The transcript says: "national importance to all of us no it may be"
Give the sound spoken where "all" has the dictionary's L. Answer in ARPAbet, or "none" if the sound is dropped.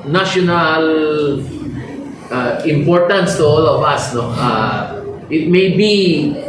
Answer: L